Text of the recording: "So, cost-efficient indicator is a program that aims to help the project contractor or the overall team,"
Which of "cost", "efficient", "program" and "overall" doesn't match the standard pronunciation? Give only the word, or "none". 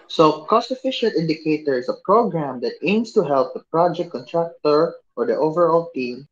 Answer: none